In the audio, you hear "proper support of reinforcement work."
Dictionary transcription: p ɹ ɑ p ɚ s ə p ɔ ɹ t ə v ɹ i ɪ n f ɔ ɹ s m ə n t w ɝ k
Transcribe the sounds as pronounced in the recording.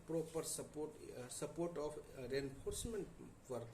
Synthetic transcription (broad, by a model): p ɹ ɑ p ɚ s ə p ɔ ɹ t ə p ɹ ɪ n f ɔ ɹ s m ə n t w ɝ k